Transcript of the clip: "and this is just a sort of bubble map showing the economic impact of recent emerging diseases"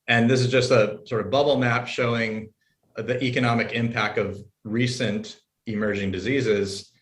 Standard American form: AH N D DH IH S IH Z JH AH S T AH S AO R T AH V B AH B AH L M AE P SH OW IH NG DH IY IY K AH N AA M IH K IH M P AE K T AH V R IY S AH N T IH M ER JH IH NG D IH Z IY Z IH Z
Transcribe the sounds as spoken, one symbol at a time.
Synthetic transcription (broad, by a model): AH N DH IH S IH Z JH AH S T AH S AO R T AH V B AH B L M AE P SH OW IH NG DH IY IY K AH N AA M IH K IH M P AE K T AH V R IY S AH N T IH M ER JH IH NG D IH Z IY Z IH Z